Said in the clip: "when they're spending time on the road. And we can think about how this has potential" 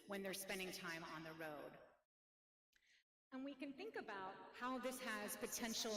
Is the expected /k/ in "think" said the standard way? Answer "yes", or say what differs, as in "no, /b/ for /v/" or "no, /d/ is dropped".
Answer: yes